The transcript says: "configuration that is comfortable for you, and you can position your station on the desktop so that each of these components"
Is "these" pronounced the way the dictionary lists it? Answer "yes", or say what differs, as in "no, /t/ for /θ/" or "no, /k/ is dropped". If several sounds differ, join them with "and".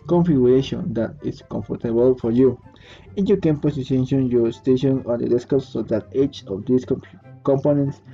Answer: no, /s/ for /z/